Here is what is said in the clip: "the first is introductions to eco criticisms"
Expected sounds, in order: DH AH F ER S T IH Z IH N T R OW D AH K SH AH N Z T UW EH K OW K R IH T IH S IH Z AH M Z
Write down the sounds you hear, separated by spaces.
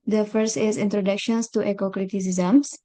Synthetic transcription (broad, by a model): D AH F ER S T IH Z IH N T R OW D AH K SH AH N S T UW EH K OW K R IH T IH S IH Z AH M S